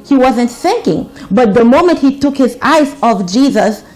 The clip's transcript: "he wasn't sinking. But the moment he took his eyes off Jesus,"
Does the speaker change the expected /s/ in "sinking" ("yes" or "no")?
yes